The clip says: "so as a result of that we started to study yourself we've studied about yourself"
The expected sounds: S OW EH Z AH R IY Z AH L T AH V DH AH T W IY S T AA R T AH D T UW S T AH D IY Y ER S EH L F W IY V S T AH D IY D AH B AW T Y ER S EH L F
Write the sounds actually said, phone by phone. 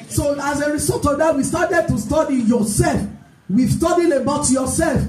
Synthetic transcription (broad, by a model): S OW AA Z AH R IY S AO T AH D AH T W IY S T AA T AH D T UW S T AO D IY Y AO S EH L F W IY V S T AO D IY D AH B AW T Y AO S EH L F